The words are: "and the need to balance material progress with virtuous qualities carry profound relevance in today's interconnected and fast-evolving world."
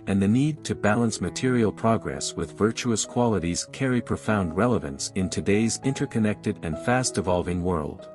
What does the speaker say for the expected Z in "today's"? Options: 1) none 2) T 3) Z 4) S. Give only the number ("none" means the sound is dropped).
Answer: 3